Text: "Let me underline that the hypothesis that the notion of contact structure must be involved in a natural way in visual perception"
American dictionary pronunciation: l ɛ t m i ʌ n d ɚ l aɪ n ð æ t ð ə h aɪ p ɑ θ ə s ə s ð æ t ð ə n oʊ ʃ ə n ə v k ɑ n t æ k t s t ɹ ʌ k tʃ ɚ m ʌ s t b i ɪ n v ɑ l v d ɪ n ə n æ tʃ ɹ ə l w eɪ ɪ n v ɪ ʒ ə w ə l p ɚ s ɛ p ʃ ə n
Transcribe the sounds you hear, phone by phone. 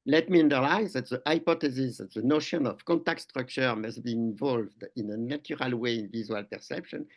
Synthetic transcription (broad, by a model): l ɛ t m i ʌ n d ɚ l aɪ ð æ t ð ə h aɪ p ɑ t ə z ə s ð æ t ð ə n oʊ ʃ ə n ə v k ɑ n t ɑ k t s t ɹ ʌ k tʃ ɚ m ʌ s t b i ɪ n v ɑ l v d ɪ n ə n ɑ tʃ ɹ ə l w eɪ ɪ n v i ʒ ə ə l p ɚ s ɛ p ʃ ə n